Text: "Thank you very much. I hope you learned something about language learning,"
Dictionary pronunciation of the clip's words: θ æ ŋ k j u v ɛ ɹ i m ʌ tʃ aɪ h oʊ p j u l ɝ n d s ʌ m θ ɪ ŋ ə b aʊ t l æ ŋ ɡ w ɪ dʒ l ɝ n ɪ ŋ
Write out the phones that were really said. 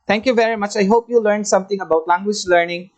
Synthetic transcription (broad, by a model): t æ ŋ k j u v ɛ ɹ i m ʌ tʃ aɪ h oʊ p j u l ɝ n d s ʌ m t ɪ ŋ ə b aʊ t l æ ŋ ɡ w ɪ dʒ l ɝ n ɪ ŋ